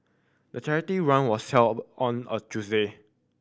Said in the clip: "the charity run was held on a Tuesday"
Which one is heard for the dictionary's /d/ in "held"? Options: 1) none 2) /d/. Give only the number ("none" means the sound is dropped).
1